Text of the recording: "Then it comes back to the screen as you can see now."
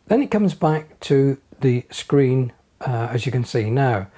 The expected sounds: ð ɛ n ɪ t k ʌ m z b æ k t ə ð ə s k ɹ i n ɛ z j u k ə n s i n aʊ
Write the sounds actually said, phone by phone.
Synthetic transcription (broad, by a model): ð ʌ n ɪ t k ʌ m z b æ k t ə ð ə s k ɹ i n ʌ z j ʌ k ə n s i n aʊ